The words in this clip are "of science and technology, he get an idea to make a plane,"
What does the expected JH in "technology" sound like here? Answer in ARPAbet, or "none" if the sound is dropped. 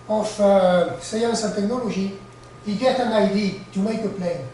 ZH